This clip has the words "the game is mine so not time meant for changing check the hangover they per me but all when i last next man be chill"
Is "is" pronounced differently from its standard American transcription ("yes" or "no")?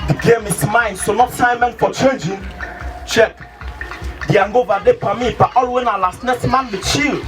yes